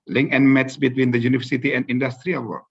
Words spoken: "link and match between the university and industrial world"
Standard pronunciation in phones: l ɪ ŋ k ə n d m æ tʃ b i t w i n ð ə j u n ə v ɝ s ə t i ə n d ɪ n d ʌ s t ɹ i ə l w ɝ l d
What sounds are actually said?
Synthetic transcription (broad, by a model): l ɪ ŋ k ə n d m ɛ s b i t w i n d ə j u n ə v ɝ s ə t i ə n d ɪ n d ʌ s t ɹ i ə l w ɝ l